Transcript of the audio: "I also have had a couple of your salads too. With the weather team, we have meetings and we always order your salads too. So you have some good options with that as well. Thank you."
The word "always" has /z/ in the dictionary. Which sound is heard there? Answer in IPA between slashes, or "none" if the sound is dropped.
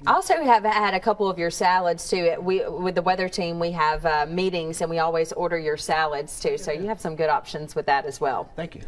/z/